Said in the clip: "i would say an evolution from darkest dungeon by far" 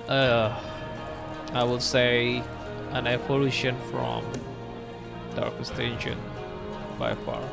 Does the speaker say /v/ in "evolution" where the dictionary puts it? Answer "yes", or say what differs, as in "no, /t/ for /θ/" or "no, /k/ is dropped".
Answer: no, /p/ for /v/